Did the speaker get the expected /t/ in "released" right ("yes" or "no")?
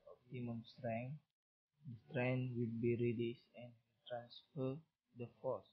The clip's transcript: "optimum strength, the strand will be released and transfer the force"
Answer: no